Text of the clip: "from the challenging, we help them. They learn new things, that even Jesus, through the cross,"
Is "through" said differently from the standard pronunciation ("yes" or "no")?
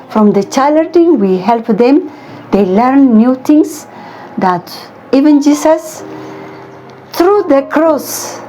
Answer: yes